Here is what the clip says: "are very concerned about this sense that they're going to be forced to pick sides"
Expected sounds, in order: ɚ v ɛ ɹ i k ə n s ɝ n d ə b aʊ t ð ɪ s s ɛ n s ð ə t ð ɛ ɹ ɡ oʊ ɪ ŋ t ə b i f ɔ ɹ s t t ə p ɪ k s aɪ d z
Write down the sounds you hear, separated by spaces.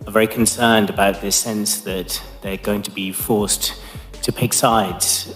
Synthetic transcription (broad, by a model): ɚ v ɛ ɹ i k ə n s ɝ n d ə b aʊ t ð ɪ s s ɛ n s ð ə t ð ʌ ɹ ɡ oʊ ɪ ŋ t ə b i f ɔ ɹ s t t ə p ɪ k s aɪ d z